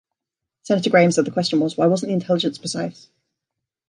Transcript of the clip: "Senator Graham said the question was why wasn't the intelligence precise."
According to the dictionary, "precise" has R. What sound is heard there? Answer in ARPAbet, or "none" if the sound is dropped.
none